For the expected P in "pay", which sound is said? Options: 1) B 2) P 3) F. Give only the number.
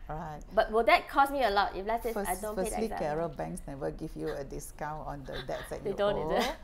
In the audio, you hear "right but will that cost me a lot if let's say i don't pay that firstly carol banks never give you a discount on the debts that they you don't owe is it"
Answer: 3